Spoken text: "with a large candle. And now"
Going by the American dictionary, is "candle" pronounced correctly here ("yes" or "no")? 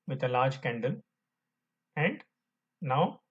yes